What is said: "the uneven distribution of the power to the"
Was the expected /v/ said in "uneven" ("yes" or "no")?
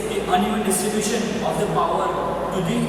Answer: no